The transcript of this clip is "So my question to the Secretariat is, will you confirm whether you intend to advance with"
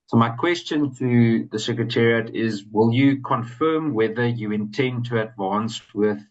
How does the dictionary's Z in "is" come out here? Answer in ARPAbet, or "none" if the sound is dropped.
Z